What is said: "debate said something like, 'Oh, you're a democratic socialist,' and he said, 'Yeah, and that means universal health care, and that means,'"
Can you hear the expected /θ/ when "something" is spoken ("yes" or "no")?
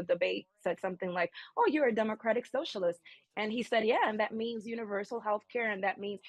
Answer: yes